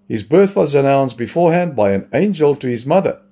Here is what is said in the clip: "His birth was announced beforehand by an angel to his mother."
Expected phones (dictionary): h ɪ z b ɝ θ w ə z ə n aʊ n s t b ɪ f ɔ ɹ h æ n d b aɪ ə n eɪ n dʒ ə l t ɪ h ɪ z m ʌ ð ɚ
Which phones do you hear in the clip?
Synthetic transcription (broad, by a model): h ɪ z b ɝ θ w ə z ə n aʊ n s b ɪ f ɔ ɹ h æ n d b aɪ ə n eɪ n dʒ ə l t ɪ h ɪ z m ʌ ð ɚ